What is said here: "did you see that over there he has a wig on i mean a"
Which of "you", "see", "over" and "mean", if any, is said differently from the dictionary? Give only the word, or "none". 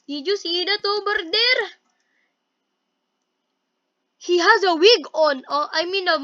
over